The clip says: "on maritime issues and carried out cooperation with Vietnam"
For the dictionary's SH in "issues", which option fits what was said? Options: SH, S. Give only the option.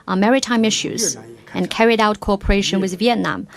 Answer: SH